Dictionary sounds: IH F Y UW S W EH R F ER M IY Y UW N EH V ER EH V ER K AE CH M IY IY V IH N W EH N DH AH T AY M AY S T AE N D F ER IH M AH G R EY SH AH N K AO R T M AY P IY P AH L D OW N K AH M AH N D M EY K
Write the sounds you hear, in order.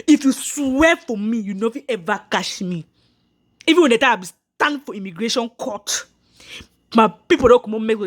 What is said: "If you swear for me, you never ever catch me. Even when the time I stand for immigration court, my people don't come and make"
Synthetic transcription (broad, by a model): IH F Y UW S W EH F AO M IY Y UW N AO F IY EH V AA K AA SH M IY IY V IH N W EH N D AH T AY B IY S T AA N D F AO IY M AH G R EY SH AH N K AO T M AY P IY P AH L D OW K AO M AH M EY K